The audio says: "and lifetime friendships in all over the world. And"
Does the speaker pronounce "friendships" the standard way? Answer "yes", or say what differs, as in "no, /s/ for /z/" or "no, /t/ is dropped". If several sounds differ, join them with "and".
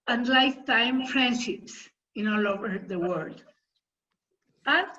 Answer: no, /p/ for /f/